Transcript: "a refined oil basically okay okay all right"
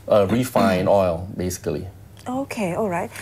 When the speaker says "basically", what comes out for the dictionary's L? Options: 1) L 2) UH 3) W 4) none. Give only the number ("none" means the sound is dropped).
4